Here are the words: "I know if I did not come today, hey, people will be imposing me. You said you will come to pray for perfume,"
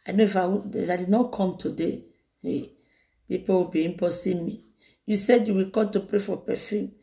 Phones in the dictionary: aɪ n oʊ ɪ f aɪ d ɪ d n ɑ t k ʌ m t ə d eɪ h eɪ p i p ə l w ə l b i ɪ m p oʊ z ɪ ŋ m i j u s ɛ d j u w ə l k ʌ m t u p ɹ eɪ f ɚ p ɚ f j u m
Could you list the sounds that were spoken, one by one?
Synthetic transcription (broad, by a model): aɪ n oʊ ɪ f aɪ d ɪ d n ɑ t k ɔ m t ə d eɪ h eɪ p i p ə w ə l b i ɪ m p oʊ s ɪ m i j u s ɛ d j u w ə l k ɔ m t u p ɹ eɪ f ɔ p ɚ f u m